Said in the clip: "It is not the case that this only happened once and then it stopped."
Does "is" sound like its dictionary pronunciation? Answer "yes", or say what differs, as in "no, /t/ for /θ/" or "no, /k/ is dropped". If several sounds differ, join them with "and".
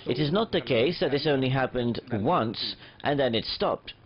yes